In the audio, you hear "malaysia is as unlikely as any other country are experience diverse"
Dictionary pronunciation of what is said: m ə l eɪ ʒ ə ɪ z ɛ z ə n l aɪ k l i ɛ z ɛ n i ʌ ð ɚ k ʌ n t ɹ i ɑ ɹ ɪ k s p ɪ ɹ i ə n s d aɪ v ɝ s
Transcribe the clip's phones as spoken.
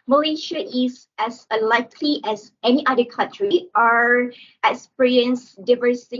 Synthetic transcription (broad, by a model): m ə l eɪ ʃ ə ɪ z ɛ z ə l aɪ k l i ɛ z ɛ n i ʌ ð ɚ k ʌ n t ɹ i ɑ ɹ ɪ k s p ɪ ɹ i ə n s d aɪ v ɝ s